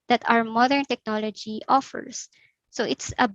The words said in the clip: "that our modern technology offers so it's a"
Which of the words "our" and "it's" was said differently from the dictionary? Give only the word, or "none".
our